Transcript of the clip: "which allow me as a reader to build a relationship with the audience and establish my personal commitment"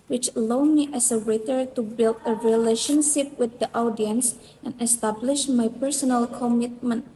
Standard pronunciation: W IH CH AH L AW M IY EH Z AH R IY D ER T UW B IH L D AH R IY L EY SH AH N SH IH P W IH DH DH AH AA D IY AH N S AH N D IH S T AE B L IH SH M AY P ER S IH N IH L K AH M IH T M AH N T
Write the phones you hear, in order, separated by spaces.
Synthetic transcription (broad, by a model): W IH CH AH L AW M IY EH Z AH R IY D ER T UW B IH L D AH R IY L EY SH AH N SH IH P W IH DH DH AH AA D IY AH N S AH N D IH S T AE B L IH SH M AY P ER S IH N IH L K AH M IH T M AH N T